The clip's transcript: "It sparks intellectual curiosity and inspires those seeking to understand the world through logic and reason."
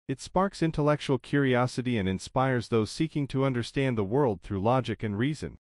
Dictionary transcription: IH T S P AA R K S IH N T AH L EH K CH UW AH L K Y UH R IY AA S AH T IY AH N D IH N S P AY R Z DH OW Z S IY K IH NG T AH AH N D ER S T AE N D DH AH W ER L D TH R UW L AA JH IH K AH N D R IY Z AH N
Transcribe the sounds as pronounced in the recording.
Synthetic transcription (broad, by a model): IH T S P AA R K S IH N T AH L EH K CH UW L K Y UH R IY AA S AH T IY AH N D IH N S P AY R Z DH OW Z S IY K IH NG T AH AH N D ER S T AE N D DH AH W ER L D TH R UW L AA JH IH K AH N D R IY Z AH N